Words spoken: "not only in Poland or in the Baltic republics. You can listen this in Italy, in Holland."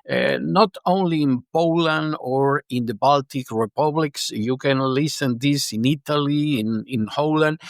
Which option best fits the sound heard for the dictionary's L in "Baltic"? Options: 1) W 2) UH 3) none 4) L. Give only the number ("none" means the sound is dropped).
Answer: 4